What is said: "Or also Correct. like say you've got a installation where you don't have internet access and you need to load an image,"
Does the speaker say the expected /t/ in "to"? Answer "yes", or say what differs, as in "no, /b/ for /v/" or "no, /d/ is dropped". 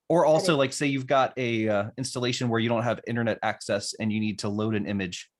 yes